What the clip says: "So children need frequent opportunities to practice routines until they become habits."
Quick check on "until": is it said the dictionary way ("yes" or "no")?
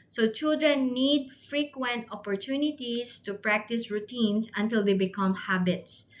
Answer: yes